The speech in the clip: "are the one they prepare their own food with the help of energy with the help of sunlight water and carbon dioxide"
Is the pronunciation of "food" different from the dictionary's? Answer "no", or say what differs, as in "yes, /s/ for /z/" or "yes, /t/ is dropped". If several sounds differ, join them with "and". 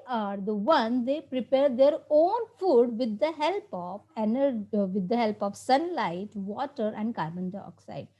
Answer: no